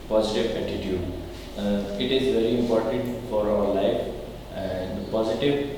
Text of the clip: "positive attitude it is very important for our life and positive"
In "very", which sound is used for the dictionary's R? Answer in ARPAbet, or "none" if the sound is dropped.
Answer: R